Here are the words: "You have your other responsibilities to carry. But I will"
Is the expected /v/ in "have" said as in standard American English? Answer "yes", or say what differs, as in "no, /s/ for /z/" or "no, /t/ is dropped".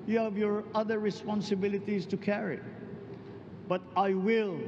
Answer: yes